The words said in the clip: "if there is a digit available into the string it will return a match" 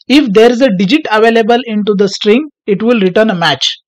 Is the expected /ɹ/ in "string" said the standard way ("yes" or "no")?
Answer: yes